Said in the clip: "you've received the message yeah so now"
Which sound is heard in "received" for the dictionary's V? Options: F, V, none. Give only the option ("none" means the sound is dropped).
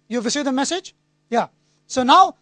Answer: none